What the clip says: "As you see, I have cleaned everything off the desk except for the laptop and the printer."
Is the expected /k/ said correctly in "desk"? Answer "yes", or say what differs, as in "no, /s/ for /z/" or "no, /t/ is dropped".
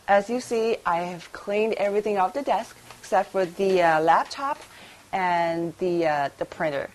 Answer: yes